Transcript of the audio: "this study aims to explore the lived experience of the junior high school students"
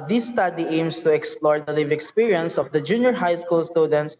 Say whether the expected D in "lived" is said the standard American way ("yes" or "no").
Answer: no